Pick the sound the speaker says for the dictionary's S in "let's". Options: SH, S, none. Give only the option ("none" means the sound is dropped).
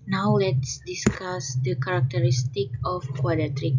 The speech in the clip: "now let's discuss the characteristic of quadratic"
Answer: S